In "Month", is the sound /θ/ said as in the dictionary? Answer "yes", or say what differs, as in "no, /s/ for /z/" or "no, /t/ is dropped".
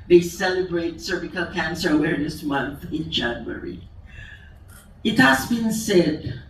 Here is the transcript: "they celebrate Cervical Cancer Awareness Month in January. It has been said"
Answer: yes